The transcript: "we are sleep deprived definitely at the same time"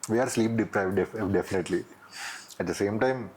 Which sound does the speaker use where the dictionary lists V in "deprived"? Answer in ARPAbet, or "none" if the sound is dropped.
V